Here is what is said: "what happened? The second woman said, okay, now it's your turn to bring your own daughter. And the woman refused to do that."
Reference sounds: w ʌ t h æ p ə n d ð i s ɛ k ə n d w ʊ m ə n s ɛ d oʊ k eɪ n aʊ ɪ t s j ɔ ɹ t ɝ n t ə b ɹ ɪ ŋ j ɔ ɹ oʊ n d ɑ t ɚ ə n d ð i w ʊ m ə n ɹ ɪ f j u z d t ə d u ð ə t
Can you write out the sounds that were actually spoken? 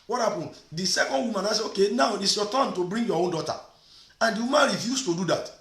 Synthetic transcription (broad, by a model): w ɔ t h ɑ p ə n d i s ɛ k ə n d w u m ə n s ɛ oʊ k eɪ n aʊ ɪ t s j ɔ t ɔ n t ə b ɹ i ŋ j ɔ oʊ n d ɑ t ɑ ə n d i w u m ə n ɹ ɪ f j u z t ə d u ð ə t